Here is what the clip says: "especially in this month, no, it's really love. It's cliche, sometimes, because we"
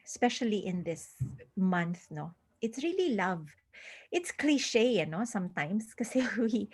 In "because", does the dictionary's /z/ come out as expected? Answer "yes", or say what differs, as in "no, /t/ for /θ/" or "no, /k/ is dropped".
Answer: no, /z/ is dropped